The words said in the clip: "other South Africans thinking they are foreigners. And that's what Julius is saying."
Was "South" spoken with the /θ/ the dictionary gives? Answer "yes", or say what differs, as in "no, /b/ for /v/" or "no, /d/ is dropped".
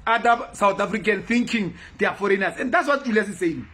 no, /t/ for /θ/